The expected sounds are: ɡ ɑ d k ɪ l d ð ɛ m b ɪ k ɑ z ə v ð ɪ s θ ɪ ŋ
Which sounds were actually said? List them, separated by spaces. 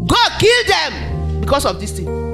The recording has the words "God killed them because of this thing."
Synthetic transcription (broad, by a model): ɡ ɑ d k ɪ l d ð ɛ m b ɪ k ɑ s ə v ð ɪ s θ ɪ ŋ